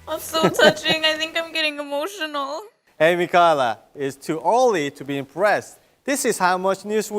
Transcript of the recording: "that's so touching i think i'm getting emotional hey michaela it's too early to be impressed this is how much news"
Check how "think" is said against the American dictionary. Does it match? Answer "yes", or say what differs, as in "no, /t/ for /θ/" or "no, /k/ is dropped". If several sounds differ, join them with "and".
yes